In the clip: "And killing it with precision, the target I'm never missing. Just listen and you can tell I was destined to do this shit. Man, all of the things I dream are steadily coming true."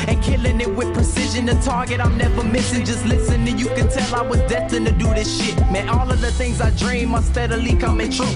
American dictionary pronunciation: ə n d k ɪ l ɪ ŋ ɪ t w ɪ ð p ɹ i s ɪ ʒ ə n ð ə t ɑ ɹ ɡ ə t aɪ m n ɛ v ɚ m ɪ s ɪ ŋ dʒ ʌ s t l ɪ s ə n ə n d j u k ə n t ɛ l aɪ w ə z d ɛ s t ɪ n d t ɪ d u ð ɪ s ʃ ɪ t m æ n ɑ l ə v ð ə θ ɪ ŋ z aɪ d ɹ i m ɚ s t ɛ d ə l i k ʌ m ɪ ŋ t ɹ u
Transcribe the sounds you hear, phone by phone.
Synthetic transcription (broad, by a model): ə n k ɪ l ɪ ŋ ɪ t w ɪ ð p ɹ i s ɪ ʒ ə n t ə t ɑ ɹ ɡ ə t aɪ m n ɛ v ɚ m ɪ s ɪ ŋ dʒ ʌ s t l ɪ s ə n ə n j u k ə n t ɛ l aɪ w ə z d ɛ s t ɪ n t ɪ d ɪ ð ɪ s ʃ ɪ t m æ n ɑ l ə v ð ə θ ɪ ŋ z aɪ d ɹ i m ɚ s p ɛ d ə l i k ʌ m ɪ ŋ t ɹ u